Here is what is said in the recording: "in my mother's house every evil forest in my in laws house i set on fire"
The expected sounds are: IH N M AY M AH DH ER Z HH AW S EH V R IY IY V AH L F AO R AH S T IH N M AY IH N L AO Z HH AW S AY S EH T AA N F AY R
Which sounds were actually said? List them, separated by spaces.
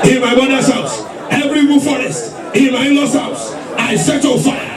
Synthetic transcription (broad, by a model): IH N M AY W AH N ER S HH AW S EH V R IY IY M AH F AO R AH S T IH N M AY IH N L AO S HH AW S AY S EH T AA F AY